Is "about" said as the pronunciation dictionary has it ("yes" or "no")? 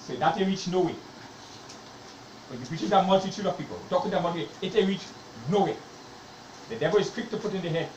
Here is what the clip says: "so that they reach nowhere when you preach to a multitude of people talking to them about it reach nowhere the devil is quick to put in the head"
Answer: no